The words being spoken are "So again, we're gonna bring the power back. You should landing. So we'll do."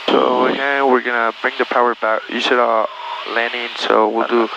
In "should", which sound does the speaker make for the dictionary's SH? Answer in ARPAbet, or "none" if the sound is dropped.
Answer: S